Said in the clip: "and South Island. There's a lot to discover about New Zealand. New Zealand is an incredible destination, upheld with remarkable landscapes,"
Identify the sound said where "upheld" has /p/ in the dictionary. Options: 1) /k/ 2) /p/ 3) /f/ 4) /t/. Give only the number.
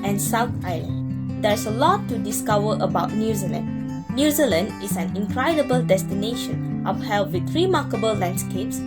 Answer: 3